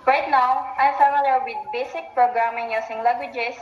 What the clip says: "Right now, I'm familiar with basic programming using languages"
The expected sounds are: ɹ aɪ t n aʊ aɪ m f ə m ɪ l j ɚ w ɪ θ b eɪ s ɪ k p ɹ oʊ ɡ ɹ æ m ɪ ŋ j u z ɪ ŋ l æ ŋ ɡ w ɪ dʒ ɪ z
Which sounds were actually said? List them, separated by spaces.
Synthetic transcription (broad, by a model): ɹ aɪ t n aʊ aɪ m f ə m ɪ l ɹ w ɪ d b eɪ s ɪ k p ɹ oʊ ɡ ɹ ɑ m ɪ ŋ j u s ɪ ŋ l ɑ ŋ ɡ w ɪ dʒ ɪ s